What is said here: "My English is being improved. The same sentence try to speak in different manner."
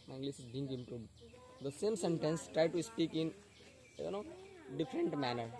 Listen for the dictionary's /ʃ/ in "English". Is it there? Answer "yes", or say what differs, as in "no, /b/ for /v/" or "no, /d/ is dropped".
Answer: no, /s/ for /ʃ/